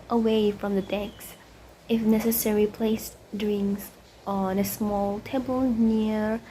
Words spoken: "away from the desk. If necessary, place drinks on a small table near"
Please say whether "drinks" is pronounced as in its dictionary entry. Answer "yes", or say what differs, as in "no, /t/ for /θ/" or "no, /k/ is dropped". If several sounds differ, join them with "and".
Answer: no, /k/ is dropped